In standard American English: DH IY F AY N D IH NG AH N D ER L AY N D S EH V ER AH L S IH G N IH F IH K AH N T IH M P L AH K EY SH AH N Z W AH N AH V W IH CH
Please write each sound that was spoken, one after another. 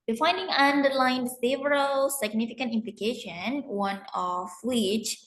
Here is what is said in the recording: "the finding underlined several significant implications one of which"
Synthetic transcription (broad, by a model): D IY F AY N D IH NG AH N D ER L AY N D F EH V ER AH L S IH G N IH F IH K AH N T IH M P L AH K EY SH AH N W AH N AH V W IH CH